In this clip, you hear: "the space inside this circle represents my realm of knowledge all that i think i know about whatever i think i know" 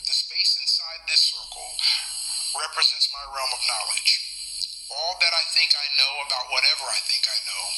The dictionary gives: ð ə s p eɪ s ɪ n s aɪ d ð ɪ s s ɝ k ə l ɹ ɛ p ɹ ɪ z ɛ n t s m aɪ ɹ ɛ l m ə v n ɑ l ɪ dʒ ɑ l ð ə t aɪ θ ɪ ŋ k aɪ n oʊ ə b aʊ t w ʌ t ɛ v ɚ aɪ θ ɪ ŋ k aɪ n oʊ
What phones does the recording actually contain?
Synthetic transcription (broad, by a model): ð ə s p eɪ s ɪ n s aɪ d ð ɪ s s ɝ k l ɹ ɛ p ɹ ɪ z ɛ n t s m aɪ ɹ ɛ l m ə v n ɑ l ɪ dʒ ɑ l ð ə t aɪ θ ɪ ŋ k aɪ n oʊ ə b aʊ t w ʌ t ɛ v ɚ aɪ θ ɪ ŋ k aɪ n oʊ